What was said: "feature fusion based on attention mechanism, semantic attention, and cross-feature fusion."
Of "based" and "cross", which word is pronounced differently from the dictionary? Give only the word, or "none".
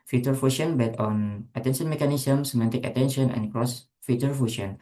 based